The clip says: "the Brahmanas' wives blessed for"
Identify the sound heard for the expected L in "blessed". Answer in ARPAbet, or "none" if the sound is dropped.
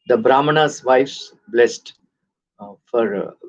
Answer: L